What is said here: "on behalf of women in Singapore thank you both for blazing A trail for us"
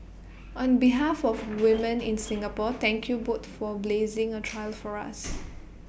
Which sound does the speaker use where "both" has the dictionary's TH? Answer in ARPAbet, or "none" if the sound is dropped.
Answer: T